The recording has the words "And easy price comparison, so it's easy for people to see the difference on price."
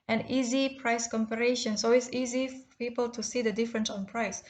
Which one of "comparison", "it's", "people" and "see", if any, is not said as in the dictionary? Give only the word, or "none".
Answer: comparison